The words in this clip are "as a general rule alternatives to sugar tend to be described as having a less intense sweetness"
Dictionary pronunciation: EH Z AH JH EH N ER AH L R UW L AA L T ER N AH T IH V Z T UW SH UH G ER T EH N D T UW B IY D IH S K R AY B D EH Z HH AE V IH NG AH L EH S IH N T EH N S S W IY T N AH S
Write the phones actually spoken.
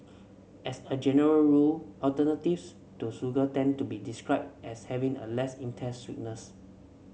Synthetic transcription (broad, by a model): EH S AH JH EH N ER AH L R UW L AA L T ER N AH T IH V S T UW S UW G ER T EH N T UW B IY D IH S K R AY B EH S HH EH V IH NG AH L EH S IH N T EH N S S W IY T N AH S